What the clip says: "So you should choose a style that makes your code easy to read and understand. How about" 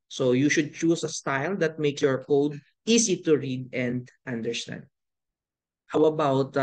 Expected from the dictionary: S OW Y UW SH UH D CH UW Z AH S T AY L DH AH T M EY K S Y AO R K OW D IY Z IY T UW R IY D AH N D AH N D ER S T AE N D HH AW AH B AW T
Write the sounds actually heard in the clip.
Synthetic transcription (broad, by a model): S OW Y UW SH UH D CH UW S AH S T AY L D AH T M EY K S Y AO R K OW D IY S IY T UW R IY D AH N D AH N D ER S T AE N D HH AW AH B AW T